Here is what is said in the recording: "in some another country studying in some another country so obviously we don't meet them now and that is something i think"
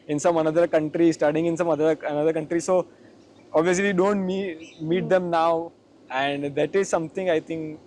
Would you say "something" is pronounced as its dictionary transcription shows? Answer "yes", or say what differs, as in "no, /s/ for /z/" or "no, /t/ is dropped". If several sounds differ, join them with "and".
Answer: no, /t/ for /θ/